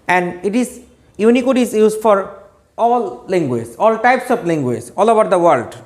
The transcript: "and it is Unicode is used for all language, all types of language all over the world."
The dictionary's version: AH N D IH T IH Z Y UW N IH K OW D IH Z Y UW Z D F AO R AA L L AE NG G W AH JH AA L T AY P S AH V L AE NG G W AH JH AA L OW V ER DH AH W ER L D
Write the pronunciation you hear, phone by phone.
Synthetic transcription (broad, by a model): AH N D IH T IH Z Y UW N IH K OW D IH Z Y UW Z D F AO R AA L L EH NG G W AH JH AA L T AY P S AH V L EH NG G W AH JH AA L OW B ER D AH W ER L D